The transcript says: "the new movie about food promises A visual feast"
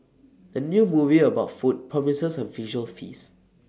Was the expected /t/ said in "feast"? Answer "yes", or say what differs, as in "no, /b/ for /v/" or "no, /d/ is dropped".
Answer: no, /t/ is dropped